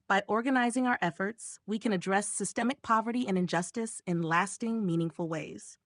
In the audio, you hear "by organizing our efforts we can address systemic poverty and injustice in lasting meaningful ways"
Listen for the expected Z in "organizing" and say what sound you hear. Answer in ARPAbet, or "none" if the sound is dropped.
Z